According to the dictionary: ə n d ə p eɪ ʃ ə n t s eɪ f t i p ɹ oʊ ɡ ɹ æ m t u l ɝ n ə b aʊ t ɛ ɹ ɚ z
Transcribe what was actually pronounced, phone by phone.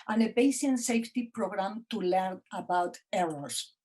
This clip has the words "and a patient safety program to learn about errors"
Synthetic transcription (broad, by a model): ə n ə b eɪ s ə n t s eɪ f t i p ɹ oʊ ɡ ɹ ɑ m t u l ɝ n ə b aʊ t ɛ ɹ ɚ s